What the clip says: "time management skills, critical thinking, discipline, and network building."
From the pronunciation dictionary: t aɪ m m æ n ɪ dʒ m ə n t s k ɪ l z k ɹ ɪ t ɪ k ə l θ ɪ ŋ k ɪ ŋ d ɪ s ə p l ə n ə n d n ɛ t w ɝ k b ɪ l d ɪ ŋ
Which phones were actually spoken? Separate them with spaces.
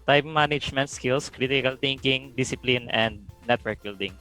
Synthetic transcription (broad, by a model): t aɪ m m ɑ n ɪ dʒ m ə n t s k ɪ l s k ɹ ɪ t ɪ k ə l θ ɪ ŋ k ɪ ŋ d ɪ s ə p l ə n ə n d n ɛ t w ɝ k b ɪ l d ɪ ŋ